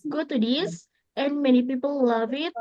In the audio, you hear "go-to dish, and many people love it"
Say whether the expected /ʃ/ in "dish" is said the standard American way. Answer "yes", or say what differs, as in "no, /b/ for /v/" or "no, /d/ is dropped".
no, /s/ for /ʃ/